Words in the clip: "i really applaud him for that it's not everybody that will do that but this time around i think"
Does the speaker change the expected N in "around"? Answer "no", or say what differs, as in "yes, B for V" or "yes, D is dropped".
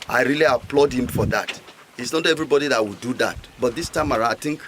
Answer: yes, N is dropped